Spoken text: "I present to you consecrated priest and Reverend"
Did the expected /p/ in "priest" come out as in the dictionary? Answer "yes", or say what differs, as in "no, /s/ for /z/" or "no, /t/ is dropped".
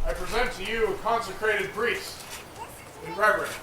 no, /b/ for /p/